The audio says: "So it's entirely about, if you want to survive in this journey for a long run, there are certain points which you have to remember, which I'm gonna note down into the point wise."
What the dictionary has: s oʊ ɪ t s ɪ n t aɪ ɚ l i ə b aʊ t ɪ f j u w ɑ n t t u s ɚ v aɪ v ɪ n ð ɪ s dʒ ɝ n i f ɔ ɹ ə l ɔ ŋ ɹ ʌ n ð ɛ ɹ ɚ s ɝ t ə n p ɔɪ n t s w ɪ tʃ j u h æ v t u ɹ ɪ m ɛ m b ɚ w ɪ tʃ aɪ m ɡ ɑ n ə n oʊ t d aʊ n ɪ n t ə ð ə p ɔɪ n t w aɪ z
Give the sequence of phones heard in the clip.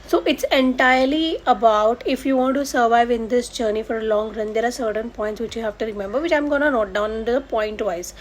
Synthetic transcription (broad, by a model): s oʊ ɪ t s ɪ n t aɪ ɚ l i ə b aʊ t ɪ f j u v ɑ n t t u s ɚ v aɪ v ɪ n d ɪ s dʒ ɝ n i f ɔ ɹ ə l ɔ ŋ ɹ ʌ n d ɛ ɹ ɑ s ɝ t ə n p ɔɪ n t s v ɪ tʃ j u h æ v t u ɹ ɪ m ɛ m b ɚ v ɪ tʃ aɪ m ɡ ɑ n ə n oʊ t d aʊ ɪ n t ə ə p ɔɪ n t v aɪ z